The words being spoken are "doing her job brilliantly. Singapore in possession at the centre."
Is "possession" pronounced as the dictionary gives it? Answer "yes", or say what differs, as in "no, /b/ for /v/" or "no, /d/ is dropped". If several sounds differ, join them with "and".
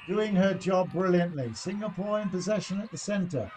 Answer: yes